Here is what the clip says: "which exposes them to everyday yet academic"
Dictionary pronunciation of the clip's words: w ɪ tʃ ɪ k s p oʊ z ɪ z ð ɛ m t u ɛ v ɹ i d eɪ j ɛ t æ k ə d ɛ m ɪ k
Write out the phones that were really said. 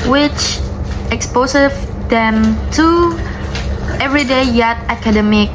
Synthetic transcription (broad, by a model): w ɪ tʃ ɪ k s p oʊ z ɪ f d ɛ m t u ɛ v ɹ i d eɪ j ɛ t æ k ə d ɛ m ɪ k